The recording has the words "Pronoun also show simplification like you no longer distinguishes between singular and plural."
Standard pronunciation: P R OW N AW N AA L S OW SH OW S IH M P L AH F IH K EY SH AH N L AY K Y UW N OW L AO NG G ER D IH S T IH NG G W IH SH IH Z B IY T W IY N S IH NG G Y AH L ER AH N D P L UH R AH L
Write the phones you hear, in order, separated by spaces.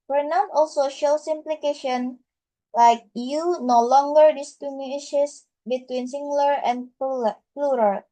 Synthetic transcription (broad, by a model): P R N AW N AA L S OW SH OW S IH M P L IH K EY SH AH N L AY K Y UW N OW L AO NG G ER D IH S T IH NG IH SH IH S B IY T W IY N S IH NG G L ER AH N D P L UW R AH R